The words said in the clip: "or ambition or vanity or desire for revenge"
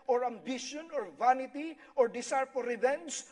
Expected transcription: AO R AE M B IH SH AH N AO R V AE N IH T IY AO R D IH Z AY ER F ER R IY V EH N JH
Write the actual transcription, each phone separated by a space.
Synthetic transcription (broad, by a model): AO R AE M B IH SH AH N AO R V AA N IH T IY AO R D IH S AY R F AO R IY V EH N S